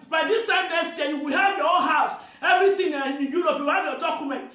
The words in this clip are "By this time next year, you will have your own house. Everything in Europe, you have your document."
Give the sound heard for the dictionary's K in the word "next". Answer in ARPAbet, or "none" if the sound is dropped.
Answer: none